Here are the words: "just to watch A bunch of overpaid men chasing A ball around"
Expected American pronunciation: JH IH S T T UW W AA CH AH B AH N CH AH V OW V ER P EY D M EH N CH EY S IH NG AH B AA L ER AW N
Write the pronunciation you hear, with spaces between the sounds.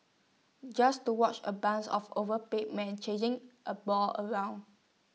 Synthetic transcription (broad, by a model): JH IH S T T UW W AA CH AH B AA N S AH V OW V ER P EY M EH N CH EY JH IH NG AH B AA L ER AW N